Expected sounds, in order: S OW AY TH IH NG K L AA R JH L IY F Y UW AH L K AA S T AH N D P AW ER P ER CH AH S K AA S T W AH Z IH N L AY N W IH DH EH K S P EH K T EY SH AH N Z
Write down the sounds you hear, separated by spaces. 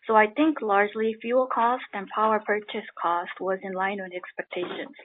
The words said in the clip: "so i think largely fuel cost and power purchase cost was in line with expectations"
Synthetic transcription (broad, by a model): S OW AY TH IH NG K L AA R JH L IY F Y UW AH L K AA S T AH N P AW ER P ER CH AH S K AA S T W AH Z IH N L AY N W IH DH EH K S P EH K T EY SH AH N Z